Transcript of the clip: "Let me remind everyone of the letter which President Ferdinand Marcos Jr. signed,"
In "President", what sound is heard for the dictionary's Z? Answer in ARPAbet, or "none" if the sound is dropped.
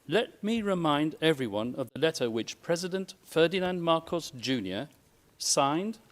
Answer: Z